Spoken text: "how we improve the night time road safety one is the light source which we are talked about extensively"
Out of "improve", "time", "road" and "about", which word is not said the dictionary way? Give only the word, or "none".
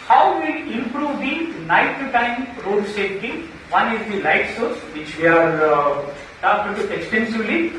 about